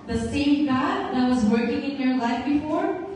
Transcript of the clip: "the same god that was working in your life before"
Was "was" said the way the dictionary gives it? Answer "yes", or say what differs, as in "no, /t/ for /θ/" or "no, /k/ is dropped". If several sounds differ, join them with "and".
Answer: yes